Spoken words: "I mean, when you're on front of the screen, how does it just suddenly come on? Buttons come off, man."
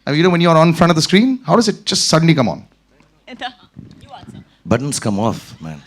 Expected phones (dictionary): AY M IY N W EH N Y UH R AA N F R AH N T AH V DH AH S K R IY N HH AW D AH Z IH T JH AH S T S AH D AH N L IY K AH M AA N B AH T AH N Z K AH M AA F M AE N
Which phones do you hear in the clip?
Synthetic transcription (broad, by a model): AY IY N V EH N Y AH R AA N F R AH N T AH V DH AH S K R IY N HH AW D AH Z IH T JH AH S T S AH D AH N L IY K AH M AA N B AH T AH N S K AH M AA F M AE N